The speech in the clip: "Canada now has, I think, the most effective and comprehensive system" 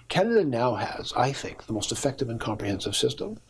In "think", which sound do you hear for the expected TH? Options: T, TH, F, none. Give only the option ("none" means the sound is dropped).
TH